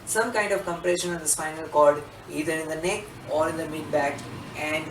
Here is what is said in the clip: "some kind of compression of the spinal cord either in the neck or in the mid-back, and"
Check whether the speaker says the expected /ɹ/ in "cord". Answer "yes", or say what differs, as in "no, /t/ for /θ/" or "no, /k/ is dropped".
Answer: no, /l/ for /ɹ/